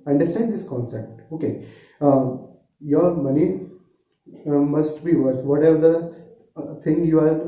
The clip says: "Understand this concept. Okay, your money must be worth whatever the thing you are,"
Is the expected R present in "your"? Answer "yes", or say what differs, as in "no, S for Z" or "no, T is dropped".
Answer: yes